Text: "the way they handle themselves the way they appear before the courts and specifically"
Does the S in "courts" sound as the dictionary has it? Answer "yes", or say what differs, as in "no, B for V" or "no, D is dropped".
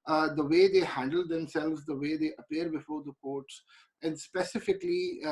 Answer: yes